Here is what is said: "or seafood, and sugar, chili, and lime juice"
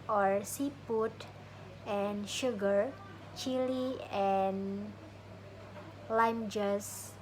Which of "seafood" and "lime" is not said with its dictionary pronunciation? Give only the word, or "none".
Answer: seafood